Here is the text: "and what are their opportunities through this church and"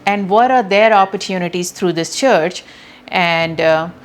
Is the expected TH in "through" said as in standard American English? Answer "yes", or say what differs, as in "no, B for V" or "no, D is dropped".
no, T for TH